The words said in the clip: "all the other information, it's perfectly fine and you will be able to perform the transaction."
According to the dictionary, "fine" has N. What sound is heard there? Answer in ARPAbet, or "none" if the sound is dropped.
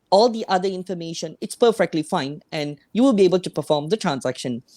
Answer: N